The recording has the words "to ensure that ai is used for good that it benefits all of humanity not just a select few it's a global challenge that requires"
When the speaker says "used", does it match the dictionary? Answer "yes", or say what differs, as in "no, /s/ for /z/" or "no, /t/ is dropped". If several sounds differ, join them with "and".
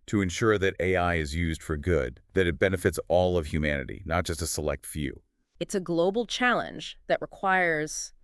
yes